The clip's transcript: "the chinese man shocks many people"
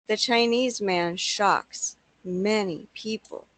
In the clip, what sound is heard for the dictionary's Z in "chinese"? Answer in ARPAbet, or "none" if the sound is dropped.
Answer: Z